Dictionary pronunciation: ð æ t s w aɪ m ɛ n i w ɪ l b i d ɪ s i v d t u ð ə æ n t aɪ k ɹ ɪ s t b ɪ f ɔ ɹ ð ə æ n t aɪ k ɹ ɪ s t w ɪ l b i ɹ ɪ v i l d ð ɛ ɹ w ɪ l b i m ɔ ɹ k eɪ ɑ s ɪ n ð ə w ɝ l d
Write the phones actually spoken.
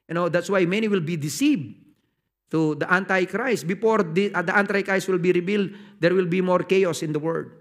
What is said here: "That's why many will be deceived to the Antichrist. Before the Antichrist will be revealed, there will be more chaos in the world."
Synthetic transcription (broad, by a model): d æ t s w aɪ m ɛ n i w ɪ l b i d ɪ s i v d t u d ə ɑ n t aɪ k ɹ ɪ s t b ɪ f ɔ ɹ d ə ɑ n t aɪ k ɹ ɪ s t w ɪ l b i ɹ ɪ b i l d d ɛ ɹ w ɪ l b i m ɔ ɹ k eɪ ɑ s ɪ n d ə w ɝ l d